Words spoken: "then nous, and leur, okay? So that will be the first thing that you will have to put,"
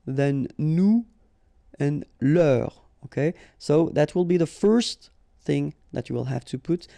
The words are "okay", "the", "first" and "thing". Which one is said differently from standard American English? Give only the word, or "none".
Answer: none